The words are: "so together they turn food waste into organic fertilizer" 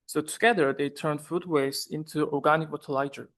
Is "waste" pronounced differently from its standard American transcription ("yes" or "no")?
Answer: yes